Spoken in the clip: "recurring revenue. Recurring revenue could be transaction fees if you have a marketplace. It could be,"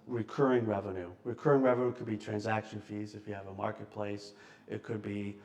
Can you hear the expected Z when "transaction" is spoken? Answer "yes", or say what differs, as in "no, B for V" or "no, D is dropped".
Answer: yes